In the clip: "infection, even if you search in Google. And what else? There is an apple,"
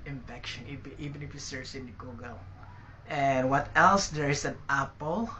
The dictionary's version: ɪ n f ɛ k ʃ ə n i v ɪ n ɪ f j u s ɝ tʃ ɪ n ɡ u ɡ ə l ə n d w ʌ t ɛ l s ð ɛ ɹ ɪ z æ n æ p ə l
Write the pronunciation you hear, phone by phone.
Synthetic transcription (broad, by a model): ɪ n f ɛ k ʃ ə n i v ɪ n ɪ f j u s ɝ s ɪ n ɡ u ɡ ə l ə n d w ʌ t ɛ l s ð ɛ ɹ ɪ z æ n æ p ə l